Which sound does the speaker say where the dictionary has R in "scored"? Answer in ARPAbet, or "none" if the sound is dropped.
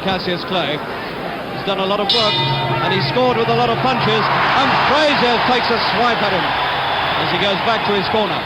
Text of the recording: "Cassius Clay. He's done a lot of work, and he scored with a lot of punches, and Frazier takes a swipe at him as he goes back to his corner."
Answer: R